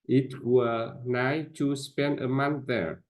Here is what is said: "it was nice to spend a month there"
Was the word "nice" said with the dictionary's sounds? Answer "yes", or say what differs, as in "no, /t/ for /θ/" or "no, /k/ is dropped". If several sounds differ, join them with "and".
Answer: no, /s/ is dropped